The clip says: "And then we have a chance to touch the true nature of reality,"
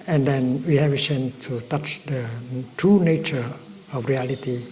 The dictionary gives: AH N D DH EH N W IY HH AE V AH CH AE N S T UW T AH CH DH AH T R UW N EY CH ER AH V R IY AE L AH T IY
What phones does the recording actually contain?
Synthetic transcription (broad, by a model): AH N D EH N W IY HH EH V AH S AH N T UW T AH CH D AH T R UW N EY CH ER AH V R IY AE L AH T IY